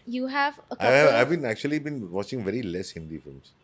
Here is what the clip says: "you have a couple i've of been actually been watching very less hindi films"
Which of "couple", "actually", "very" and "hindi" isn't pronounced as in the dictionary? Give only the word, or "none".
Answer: couple